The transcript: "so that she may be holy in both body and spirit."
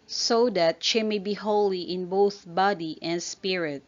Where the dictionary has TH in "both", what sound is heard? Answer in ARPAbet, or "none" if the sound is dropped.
TH